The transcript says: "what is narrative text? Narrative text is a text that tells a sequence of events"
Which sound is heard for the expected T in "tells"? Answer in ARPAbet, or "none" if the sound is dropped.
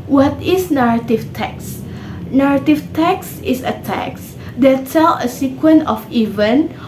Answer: S